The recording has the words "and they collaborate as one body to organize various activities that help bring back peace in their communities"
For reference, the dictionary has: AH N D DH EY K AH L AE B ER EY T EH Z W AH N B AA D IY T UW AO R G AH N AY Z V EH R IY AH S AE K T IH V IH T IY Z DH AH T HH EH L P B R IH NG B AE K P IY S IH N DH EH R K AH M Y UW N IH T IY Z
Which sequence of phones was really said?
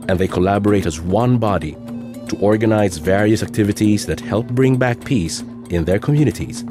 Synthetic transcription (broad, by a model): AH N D DH EY K AH L AE B ER EY T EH Z W AH N B AA D IY T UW AO R G AH N AY Z V EH R IY AH S AE K T IH V IH T IY Z DH AH T HH EH L P B R IH NG B AE K P IY S IH N DH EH R K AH M Y UW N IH T IY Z